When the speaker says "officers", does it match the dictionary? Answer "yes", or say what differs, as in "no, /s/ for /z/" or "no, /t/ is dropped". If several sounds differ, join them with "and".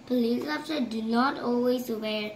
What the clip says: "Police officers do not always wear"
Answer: no, /z/ is dropped